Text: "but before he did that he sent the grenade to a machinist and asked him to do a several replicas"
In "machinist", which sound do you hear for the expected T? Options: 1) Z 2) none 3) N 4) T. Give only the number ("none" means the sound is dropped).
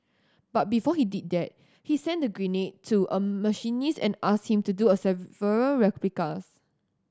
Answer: 2